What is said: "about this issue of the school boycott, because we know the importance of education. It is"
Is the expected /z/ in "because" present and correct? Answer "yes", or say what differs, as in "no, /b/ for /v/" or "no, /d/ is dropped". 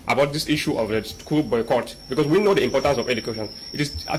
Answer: no, /s/ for /z/